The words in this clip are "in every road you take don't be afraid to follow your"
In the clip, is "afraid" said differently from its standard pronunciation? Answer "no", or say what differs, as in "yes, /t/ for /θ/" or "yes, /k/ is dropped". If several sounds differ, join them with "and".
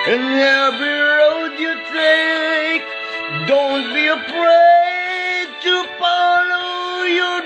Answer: yes, /p/ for /f/